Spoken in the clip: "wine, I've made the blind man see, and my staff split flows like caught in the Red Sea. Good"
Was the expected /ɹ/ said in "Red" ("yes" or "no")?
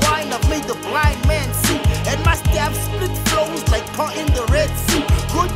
yes